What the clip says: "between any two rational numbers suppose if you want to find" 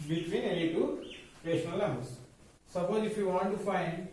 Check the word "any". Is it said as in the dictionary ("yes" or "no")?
no